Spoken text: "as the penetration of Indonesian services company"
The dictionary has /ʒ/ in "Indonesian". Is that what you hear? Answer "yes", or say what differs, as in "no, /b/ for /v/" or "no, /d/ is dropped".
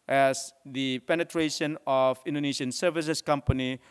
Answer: no, /s/ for /ʒ/